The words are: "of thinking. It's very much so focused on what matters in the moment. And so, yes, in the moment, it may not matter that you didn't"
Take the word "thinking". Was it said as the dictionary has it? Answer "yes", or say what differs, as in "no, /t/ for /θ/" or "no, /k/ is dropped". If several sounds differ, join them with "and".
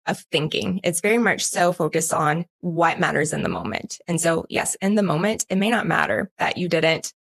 yes